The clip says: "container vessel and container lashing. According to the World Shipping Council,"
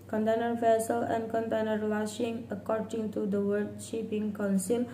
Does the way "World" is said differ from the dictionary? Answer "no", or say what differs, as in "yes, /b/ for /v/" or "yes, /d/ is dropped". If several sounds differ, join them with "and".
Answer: yes, /l/ is dropped